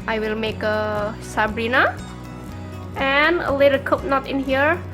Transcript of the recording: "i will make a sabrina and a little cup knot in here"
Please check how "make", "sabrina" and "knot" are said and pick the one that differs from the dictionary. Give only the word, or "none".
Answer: none